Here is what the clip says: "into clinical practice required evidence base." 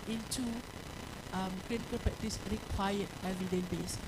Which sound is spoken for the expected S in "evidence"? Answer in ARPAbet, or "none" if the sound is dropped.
none